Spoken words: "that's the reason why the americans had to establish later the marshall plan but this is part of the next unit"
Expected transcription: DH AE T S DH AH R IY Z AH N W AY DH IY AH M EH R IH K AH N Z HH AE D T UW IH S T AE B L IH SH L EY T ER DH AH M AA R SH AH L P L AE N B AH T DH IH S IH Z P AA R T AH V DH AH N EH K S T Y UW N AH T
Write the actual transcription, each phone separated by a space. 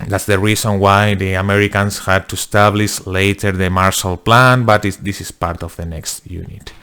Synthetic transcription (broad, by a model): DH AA T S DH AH R IY S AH N W AY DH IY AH M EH R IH K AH N S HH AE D T UW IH S T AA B L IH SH L EY T ER DH AH M AA R SH AH L P L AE N B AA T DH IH S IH S P AA R T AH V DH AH N EH K S T Y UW N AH T